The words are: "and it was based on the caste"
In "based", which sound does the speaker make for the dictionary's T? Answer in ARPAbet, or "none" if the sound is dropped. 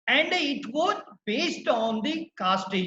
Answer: T